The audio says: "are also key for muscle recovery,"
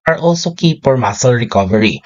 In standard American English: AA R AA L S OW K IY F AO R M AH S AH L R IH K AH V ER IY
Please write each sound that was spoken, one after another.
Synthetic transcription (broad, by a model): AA R AA L S OW K IY P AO R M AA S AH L R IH K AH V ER IY